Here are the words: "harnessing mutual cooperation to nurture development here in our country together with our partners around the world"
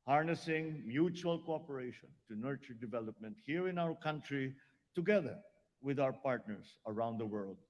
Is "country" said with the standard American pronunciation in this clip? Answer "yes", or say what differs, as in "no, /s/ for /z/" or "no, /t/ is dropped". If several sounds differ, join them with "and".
yes